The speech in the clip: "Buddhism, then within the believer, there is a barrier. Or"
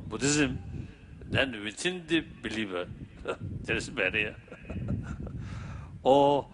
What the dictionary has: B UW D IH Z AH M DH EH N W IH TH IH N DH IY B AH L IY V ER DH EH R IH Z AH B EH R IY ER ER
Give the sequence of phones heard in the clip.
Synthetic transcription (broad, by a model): B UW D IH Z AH M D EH N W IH T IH N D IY B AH L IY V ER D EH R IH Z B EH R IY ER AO